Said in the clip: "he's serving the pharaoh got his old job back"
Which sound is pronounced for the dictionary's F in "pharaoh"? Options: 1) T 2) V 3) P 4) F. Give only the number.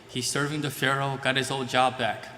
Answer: 4